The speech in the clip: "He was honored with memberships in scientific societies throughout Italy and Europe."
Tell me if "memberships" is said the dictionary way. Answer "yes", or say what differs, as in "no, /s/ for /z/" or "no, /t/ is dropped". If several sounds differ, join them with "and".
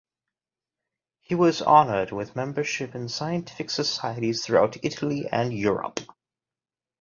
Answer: no, /s/ is dropped